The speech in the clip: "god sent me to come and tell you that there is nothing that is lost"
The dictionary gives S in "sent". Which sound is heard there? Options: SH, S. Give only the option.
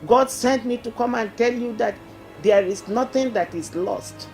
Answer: S